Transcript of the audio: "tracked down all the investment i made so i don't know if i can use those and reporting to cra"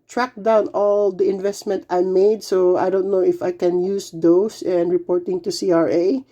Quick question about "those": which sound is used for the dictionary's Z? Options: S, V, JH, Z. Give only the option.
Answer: S